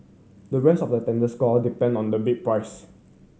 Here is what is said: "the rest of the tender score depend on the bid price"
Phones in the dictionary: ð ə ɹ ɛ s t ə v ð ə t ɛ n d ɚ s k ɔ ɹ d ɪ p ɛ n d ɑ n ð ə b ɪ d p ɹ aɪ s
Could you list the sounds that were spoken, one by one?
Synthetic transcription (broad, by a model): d ə ɹ ɛ s t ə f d ə t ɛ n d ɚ s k ɔ l d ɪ p ɛ n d ɑ n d ə b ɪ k p ɹ aɪ s